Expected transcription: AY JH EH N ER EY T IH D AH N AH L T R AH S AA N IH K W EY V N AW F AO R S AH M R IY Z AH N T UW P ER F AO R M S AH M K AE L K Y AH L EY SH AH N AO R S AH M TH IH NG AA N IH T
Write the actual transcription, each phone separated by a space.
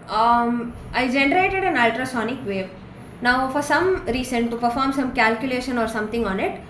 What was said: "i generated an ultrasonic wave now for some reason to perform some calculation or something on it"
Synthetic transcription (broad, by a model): AY JH EH N ER EY T IH D AH N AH L T R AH S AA N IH K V EY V N AW F AO R S AH M R IY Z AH N T UW P ER F AO R M S AH M K AE L K Y AH L EY SH AH N AO R S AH M T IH NG AA N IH T